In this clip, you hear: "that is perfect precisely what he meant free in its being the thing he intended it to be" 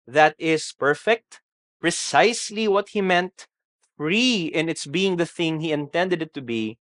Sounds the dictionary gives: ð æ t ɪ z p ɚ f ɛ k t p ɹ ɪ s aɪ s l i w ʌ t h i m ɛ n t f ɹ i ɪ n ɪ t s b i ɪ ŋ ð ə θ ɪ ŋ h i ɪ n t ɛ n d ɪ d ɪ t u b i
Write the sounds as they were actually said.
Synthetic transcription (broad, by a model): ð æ t ɪ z p ɚ f ɛ k t p ɹ ɪ s aɪ s l i w ʌ t h i m ɛ n t f ɹ i ɪ n ɪ t s b i ɪ ŋ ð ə θ ɪ ŋ h i ɪ n t ɛ n d ɪ d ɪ t u b i